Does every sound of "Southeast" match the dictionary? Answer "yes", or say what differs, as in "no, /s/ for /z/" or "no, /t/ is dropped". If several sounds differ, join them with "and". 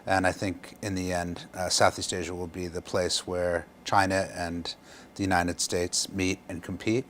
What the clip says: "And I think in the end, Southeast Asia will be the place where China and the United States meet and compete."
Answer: yes